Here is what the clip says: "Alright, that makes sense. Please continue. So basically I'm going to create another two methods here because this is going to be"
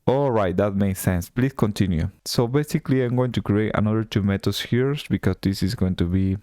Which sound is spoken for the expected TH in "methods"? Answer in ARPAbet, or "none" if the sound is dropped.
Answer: T